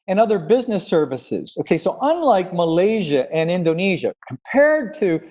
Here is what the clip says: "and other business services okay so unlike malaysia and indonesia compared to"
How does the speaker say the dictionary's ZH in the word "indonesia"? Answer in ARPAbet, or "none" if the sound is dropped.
ZH